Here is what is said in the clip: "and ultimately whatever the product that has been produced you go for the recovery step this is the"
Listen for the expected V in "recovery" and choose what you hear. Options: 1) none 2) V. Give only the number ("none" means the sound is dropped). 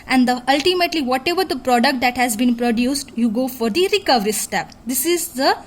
2